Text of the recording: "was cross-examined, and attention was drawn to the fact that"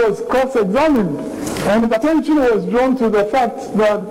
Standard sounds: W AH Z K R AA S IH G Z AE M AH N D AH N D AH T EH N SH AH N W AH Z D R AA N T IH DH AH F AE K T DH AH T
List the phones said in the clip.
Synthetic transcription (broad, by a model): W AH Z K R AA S IH G Z AE M AH N D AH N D AH T EH N SH AH N W AH Z D R AA N T IH DH AH F AE K T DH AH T